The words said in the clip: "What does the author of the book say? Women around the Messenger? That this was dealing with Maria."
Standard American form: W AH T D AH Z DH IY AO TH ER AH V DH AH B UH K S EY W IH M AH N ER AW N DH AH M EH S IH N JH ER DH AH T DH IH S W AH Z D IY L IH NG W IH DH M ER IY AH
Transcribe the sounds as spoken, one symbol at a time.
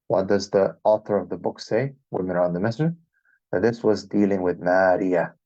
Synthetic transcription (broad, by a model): W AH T D AH Z DH IY AO TH ER AH V DH AH B UH K S EY W IH M AH N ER N DH AH M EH S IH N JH DH AH T DH IH S W AH Z D IY L IH NG W IH DH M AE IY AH